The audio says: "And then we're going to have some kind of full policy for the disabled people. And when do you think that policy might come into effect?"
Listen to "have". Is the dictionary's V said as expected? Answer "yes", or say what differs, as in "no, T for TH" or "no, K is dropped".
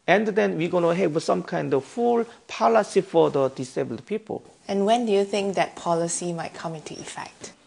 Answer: no, W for V